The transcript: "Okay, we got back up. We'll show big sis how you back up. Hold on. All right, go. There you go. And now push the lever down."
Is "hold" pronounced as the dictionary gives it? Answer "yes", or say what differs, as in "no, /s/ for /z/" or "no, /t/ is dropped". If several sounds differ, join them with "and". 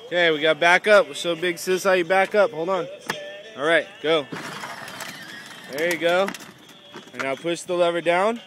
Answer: yes